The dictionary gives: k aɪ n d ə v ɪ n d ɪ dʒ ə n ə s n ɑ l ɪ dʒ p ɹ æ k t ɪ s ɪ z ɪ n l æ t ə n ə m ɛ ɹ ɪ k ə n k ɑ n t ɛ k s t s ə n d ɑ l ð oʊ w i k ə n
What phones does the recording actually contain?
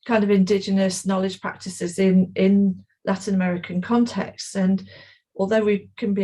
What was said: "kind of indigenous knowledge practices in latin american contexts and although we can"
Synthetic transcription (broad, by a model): k aɪ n d ə v ɪ n d ɪ dʒ ə n ə s n ɑ l ɪ dʒ p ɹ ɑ k t ɪ s ɪ z ɪ n l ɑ t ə n ə m ɛ ɹ ɪ k ə n k ɑ n t ɛ k s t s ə n ɑ l ð oʊ w i k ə n